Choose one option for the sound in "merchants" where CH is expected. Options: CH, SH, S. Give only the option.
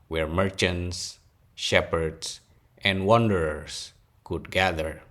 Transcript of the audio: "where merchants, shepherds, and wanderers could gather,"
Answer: CH